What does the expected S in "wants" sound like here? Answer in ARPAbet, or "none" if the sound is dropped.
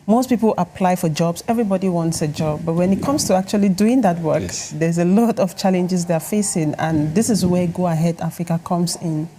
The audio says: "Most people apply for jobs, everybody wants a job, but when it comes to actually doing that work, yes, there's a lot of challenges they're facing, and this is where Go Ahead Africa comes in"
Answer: S